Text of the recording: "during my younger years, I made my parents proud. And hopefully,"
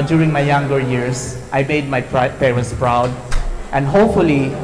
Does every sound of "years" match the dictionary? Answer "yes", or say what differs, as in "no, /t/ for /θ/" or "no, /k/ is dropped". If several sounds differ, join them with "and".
no, /s/ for /z/